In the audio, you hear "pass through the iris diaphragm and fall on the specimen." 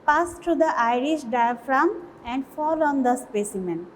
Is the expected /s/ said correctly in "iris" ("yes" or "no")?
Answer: no